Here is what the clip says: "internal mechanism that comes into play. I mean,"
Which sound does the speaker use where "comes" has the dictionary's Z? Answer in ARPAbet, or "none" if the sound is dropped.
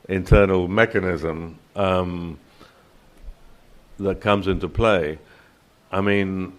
Z